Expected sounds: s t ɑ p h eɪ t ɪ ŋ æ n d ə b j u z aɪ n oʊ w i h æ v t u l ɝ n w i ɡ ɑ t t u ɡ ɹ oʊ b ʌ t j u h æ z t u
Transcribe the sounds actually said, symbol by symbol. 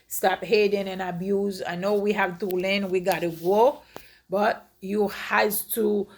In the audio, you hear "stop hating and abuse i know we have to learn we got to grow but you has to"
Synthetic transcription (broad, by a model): s t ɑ p h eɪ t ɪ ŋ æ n ə b j u z aɪ n oʊ w i h æ v t u l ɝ n w i ɡ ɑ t t u ɡ oʊ b ʌ t j u h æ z t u